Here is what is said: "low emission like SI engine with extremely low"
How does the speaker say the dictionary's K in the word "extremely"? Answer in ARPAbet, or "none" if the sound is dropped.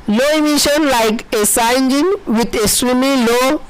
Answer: none